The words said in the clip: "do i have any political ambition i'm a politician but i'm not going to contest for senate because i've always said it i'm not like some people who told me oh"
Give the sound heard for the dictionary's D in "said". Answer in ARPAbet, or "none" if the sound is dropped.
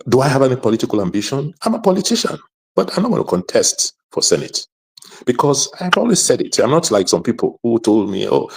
D